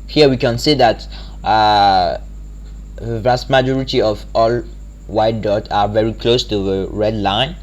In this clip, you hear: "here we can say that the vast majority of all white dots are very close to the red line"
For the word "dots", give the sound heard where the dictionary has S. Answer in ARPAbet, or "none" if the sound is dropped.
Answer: none